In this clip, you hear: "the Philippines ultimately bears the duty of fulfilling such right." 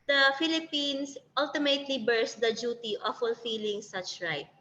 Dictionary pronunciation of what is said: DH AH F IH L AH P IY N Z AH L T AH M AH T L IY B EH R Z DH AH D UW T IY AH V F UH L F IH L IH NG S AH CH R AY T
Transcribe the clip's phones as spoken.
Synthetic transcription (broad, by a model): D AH F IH L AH P IY N S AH L T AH M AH T L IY B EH R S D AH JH UW T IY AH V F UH L F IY L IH NG S AH CH R AY T